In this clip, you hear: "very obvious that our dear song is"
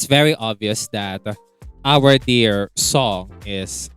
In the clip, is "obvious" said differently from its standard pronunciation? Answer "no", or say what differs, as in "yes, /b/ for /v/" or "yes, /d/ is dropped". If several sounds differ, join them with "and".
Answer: no